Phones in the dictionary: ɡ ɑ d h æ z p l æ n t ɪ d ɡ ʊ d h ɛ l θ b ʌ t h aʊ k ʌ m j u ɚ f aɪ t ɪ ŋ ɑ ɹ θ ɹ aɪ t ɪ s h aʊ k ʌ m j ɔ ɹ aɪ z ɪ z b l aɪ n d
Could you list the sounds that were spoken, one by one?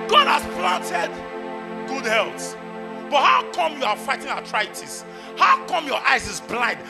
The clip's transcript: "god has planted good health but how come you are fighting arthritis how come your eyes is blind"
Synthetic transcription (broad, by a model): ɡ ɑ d h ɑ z p l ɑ n t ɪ d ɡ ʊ d h ɛ l s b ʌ t h aʊ k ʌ m j u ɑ f aɪ t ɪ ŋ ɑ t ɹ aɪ t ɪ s h aʊ k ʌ m j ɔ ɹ aɪ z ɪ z b l aɪ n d